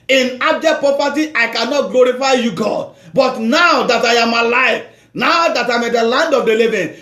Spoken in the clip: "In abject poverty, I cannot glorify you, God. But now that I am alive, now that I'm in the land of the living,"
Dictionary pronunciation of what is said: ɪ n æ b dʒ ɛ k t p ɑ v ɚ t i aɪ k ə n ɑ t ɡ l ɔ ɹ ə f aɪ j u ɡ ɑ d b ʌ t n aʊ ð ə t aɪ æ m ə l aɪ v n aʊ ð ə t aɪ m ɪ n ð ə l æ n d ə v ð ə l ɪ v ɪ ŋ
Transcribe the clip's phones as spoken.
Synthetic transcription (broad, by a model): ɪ n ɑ b dʒ ɛ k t p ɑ p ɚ t i aɪ k ə n ɑ t ɡ l ɔ ɹ ə f aɪ j u ɡ ɑ d b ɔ t n aʊ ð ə t aɪ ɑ m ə l aɪ f n aʊ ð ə t aɪ m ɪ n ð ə l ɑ n d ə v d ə l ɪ v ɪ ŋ